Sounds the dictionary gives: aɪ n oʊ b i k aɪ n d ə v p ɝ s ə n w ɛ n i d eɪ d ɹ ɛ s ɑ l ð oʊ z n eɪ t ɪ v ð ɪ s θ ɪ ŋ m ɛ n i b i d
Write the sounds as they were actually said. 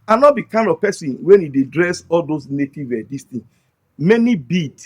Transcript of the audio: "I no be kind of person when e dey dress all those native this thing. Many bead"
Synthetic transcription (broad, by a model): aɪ n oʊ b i k aɪ n d ə v p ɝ s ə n w ɛ n i d eɪ d ɹ ɛ s ɑ l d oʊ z n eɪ t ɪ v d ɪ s t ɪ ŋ m ɛ n i b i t